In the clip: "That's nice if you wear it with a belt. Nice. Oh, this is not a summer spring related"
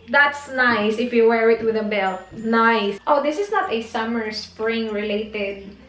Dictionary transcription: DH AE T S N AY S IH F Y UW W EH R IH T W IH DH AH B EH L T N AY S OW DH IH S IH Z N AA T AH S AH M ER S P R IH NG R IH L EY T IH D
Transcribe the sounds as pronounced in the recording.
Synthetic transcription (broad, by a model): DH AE T S N AY S IH F Y UW W EH R IH T W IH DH AH B EH L T N AY S OW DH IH S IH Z N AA T AH S AH M ER S P R IH NG R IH L EY T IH D